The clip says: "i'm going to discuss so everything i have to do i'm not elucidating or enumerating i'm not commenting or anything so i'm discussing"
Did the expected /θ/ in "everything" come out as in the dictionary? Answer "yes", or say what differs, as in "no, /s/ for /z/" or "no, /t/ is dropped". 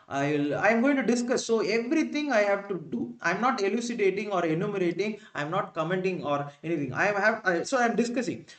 no, /t/ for /θ/